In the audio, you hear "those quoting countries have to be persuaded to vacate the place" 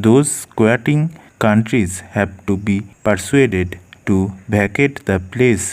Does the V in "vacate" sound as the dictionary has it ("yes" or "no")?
no